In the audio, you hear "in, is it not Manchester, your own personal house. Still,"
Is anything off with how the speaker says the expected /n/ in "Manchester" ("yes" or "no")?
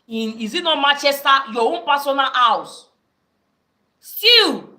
yes